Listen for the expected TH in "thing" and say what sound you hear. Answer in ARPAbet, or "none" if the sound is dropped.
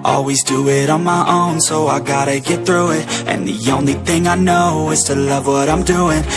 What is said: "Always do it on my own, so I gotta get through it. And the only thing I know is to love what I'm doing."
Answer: TH